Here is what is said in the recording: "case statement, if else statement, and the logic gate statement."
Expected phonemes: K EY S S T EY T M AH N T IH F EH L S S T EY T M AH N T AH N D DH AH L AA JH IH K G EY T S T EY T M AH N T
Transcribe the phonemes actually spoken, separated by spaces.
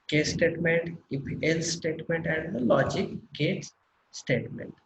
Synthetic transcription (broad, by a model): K EY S S T EY T M AH N T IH P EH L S S T EY T M AH N T AH N D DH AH L AA JH IH K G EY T S T EY T M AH N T